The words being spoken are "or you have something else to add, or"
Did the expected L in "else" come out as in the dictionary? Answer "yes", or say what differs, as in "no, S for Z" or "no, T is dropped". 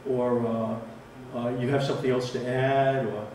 yes